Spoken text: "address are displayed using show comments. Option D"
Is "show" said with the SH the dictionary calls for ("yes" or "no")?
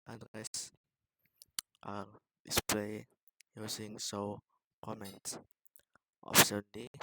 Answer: no